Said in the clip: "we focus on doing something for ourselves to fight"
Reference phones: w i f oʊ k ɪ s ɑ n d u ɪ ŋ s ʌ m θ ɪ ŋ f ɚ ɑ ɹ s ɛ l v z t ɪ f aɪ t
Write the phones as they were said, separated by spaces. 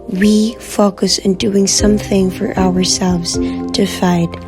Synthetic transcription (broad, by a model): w i f oʊ k ɪ s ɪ n d u ɪ ŋ s ʌ m θ ɪ ŋ f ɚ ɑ ɹ s ɛ l v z t ɪ f aɪ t